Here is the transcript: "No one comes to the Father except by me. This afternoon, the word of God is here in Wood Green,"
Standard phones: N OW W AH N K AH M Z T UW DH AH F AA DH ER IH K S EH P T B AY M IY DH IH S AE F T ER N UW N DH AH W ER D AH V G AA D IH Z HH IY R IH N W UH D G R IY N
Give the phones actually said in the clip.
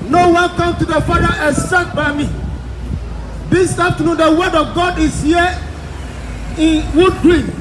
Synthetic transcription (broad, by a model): N OW W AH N K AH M T UW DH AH F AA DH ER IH S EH T B AY M IY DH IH S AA F T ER N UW N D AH W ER D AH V G AA D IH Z HH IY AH IH N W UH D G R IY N